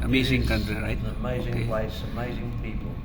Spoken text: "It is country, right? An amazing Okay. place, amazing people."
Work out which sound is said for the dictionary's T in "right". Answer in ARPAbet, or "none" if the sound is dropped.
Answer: none